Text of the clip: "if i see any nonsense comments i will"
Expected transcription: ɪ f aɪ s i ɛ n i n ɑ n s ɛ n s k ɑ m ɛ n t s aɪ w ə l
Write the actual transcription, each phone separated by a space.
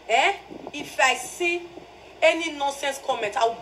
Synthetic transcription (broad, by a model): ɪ f aɪ s i ɛ n i n ɑ n s ɛ n s k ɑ m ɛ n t aɪ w